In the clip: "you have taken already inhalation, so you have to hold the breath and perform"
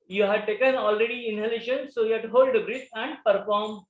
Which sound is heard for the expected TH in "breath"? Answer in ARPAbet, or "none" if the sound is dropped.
S